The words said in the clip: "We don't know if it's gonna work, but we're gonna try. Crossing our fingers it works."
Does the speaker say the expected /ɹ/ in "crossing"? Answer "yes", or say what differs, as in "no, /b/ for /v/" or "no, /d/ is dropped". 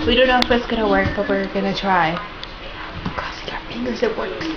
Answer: no, /ɹ/ is dropped